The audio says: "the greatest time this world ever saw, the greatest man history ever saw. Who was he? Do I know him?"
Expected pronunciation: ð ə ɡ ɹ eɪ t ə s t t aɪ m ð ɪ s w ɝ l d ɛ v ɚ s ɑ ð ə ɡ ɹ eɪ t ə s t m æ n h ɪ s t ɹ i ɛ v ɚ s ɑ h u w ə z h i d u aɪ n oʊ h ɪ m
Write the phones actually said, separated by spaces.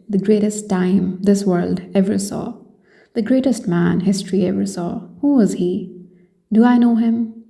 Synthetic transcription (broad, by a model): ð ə ɡ ɹ eɪ t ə s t t aɪ m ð ɪ s w ɝ l d ɛ v ɚ s ɑ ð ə ɡ ɹ eɪ t ə s t m æ n h ɪ s t ɹ i ɛ v ɚ s ɑ h u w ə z h i d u aɪ n oʊ h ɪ m